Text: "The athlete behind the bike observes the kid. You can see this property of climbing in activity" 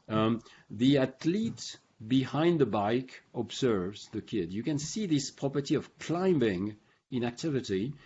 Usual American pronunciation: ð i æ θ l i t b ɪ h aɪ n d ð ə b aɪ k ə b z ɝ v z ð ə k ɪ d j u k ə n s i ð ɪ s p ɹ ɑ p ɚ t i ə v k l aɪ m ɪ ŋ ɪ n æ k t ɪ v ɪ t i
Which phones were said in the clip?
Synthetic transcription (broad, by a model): ð i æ t l i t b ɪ h aɪ n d ð ə b aɪ k ə b z ɝ v z ð ə k ɪ d j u k ə n s i ð ɪ s p ɹ ɑ p ɚ t i ə v k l aɪ m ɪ ŋ ɪ n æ k t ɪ v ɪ t i